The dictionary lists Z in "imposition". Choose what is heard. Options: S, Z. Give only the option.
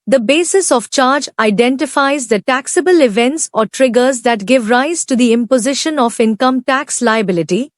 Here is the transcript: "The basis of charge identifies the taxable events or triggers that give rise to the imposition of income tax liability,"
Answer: Z